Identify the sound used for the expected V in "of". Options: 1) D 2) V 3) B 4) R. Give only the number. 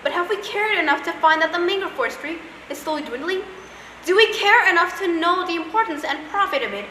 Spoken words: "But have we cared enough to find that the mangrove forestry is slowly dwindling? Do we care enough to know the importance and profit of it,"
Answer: 2